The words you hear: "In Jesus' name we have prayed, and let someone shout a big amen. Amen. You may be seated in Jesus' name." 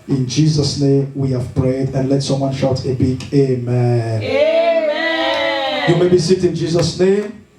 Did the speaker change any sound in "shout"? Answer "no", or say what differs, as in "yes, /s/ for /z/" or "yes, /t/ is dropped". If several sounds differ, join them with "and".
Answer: no